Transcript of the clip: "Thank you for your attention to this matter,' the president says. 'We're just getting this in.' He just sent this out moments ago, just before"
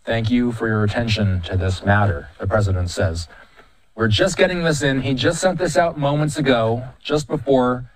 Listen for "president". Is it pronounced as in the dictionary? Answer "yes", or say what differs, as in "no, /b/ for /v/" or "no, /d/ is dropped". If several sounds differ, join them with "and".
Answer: yes